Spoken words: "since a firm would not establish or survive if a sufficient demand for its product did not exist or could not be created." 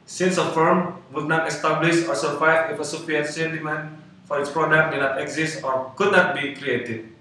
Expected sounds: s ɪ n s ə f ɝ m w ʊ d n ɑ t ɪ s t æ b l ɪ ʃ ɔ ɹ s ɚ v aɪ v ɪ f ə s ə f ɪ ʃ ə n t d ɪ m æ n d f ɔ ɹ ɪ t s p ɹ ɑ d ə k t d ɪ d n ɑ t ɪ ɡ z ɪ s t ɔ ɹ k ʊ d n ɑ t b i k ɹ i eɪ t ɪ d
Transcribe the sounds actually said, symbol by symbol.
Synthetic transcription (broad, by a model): s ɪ n s ə f ɝ m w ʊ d n ɑ t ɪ s t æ b l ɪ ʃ ɔ ɹ s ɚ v aɪ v ɪ f ə s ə p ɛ s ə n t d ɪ m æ n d f ɔ ɹ ɪ t s p ɹ ɑ d ə k t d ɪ n ɑ t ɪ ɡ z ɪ s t ɔ ɹ k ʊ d n ɑ t b i k ɹ i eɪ t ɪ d